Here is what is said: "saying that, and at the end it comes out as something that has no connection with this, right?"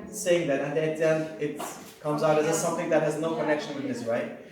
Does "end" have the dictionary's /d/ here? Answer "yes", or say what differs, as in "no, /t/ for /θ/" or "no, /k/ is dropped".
no, /d/ is dropped